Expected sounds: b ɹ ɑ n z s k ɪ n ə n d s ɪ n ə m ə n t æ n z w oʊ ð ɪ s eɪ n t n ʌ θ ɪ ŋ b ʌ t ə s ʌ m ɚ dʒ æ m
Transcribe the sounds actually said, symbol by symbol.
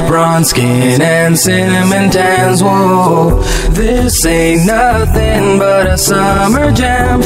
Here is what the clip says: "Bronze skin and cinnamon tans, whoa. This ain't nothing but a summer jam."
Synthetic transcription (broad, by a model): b ɹ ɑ n s k ɪ n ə n s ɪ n m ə n t æ n z w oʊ ð ɪ s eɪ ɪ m n ʌ θ ɪ ŋ b ʌ t ə s ʌ m ɚ dʒ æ m